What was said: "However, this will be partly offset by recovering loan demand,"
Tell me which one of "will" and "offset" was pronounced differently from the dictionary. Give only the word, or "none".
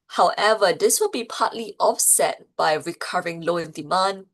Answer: none